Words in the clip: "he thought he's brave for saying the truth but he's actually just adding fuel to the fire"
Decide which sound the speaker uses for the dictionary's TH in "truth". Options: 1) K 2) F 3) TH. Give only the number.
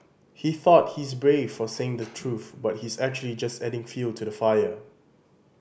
3